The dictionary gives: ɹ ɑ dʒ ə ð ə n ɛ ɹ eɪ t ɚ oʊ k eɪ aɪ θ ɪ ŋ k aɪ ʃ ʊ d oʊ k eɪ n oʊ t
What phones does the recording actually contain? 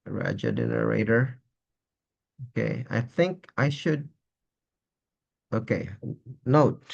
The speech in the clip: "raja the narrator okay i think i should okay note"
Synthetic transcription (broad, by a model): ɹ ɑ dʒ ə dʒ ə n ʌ ɹ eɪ t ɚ oʊ k eɪ aɪ θ ɪ ŋ k aɪ ʃ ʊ d oʊ k eɪ n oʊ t